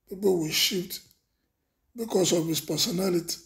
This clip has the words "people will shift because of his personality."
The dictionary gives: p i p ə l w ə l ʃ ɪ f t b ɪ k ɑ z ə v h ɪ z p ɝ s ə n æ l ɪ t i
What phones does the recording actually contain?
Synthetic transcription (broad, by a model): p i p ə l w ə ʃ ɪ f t b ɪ k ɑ s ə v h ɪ s p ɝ s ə n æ l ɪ t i